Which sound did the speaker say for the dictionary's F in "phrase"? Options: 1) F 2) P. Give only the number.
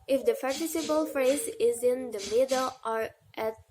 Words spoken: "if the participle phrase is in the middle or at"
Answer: 1